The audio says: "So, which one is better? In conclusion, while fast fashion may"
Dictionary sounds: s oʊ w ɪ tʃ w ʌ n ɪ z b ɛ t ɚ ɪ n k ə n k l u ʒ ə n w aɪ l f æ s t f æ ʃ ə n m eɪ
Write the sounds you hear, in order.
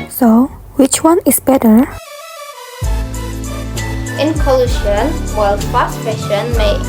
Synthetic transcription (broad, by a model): s oʊ w ɪ tʃ w ʌ n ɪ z b ɛ t ɚ ɪ n k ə l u ʃ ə n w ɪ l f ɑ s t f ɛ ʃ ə n m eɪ